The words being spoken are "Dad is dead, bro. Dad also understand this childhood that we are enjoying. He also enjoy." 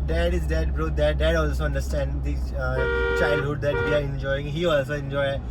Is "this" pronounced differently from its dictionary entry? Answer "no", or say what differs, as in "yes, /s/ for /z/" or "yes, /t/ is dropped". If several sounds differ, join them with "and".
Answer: yes, /s/ is dropped